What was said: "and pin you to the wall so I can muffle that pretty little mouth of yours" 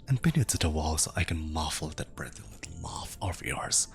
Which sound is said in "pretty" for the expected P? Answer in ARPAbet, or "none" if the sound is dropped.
B